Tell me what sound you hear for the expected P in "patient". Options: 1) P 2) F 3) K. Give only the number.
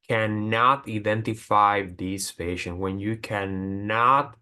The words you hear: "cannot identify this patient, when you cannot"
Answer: 2